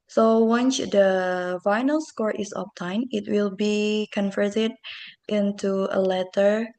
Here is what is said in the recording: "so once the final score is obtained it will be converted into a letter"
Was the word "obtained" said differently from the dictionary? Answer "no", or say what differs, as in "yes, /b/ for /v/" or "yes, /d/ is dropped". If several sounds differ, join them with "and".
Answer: yes, /d/ is dropped